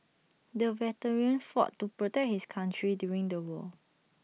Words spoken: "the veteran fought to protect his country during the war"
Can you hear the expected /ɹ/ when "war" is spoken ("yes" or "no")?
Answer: no